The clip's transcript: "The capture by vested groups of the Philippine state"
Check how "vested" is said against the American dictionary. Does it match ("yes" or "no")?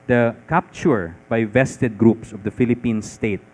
yes